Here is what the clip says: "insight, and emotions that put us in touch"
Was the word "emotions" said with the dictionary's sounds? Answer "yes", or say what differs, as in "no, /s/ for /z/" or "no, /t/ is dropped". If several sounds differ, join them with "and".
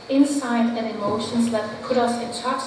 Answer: yes